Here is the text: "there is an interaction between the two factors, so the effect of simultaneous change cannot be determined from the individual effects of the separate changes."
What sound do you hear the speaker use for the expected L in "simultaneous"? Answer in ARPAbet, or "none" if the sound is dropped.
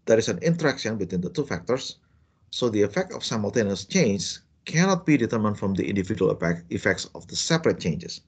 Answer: L